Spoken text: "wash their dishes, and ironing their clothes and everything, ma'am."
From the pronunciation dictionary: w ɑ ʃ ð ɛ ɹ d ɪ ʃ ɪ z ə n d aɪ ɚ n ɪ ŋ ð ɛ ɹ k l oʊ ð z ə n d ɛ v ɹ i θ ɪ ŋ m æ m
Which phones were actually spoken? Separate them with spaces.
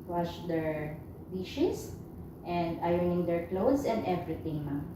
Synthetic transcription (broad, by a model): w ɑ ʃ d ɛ ɹ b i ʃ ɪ s ə n d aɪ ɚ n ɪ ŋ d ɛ ɹ k l oʊ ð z ə n d ɛ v ɹ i t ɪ ŋ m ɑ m